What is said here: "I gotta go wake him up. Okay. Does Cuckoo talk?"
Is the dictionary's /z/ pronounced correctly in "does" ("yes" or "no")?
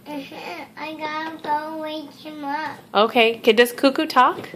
no